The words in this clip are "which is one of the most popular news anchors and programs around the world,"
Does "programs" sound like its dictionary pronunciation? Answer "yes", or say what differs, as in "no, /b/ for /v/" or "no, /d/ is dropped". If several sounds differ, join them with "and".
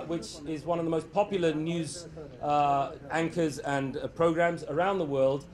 yes